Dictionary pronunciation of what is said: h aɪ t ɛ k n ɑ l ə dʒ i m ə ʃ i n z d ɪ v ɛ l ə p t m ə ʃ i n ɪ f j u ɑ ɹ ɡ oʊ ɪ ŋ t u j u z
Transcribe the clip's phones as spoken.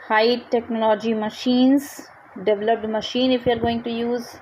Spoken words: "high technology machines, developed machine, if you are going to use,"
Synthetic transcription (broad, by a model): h aɪ t ɛ k n ɑ l ə dʒ i m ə ʃ i n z d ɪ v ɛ l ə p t m ə ʃ i n ɪ f j u ɑ ɹ ɡ oʊ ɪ ŋ t u j u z